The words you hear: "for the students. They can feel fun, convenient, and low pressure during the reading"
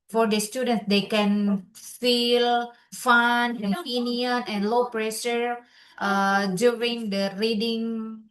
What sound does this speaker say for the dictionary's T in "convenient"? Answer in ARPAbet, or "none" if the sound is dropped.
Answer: none